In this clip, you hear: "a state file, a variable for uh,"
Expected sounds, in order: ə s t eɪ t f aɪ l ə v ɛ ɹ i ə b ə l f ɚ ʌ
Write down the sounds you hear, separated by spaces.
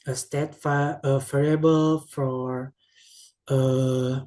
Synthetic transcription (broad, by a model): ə s t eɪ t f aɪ ə f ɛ ɹ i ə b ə l f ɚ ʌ